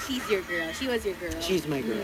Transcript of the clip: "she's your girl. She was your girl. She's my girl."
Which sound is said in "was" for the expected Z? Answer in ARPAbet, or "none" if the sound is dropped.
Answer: Z